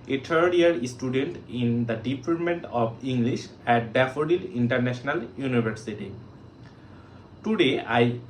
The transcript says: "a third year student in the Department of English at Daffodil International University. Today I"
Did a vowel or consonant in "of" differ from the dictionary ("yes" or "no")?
yes